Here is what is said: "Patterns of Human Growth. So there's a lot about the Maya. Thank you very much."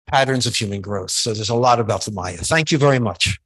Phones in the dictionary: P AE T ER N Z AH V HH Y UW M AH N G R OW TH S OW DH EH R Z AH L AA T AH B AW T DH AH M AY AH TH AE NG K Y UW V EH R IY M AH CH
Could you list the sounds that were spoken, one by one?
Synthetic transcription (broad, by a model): P AE T ER N Z AH V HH Y UW M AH N G R OW TH S OW DH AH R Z AH L AA T AH B AW T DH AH M AY AH TH AE NG K Y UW V EH R IY M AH CH